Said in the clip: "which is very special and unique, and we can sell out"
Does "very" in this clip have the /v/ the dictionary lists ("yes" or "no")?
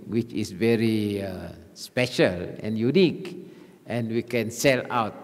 yes